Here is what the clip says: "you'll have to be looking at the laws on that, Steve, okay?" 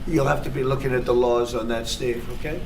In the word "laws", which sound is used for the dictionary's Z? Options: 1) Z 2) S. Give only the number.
1